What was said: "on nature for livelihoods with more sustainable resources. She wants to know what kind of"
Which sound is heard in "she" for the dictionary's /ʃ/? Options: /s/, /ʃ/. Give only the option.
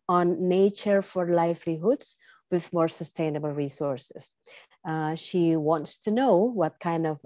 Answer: /ʃ/